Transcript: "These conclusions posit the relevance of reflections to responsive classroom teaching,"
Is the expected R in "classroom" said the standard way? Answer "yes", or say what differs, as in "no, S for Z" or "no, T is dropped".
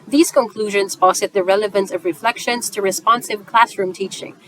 yes